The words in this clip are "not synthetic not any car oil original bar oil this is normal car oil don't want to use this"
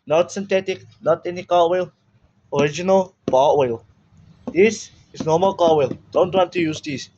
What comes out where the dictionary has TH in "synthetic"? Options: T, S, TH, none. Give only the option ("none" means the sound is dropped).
T